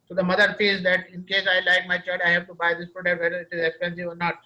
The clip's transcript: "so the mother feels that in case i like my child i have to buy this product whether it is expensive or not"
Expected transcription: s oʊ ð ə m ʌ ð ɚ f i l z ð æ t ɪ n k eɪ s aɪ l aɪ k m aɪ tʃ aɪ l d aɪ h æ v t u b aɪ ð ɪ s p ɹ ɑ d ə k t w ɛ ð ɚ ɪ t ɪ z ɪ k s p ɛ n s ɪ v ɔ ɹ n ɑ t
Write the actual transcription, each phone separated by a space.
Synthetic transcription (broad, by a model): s oʊ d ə m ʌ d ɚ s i z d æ t ɪ n k eɪ s aɪ l aɪ k m aɪ tʃ aɪ l d aɪ h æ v t u b aɪ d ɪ s p ɹ ɑ d ə k t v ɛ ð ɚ ɪ t ɪ z ɪ k s p ɛ n s ɪ v ɔ ɹ n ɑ t